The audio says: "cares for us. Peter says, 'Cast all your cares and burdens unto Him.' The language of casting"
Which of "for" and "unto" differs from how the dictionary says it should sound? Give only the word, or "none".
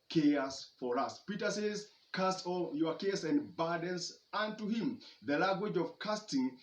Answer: none